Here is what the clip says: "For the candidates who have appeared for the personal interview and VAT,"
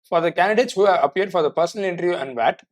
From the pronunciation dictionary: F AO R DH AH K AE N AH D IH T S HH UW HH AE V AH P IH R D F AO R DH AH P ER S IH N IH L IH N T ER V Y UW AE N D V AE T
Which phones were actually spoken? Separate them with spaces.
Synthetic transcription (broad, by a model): F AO R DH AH K AE N AH D IH T S HH UW HH AE V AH P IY R D F AO R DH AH P ER S IH N IH L IH N T ER V Y UW AE N D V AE T